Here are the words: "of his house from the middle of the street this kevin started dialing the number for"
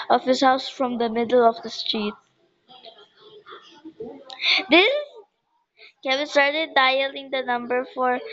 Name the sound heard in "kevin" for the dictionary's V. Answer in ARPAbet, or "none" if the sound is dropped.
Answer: B